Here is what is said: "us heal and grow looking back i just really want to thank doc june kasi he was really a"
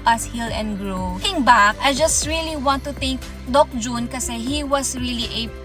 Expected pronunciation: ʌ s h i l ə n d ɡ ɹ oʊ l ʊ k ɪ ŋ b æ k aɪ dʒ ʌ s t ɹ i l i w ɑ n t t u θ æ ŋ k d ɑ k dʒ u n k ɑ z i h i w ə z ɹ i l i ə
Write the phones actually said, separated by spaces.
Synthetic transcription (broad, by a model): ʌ s h i l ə n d ɡ ɹ oʊ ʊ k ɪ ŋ b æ k aɪ dʒ ʌ s t ɹ i l i w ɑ n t t u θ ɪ ŋ k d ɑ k dʒ u n k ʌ s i h i w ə s ɹ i l i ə